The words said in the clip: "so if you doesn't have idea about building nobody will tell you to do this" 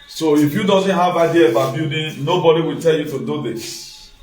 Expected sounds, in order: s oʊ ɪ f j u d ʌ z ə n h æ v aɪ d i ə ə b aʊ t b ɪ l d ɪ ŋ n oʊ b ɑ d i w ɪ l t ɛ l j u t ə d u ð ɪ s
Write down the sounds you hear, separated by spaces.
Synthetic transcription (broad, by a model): s oʊ ɪ f j u d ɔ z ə n h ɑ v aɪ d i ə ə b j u d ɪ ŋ n oʊ b ɑ d i w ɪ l t ɛ l j u t ə d u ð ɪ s